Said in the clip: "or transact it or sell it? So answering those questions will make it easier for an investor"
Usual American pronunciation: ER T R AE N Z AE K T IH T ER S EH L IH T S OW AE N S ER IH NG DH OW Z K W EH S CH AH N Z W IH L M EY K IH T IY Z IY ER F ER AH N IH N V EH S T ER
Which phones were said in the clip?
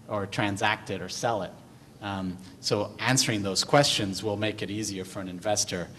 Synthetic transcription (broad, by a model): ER T R AE N Z AE K T IH T ER S EH L IH T S OW AE N S ER IH NG DH OW Z K W EH S CH AH N Z W IH L M EY K IH T IY Z IY ER F ER AH N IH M V EH S T ER